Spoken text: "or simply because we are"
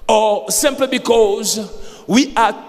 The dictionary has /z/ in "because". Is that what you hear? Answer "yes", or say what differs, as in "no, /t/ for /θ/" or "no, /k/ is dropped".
yes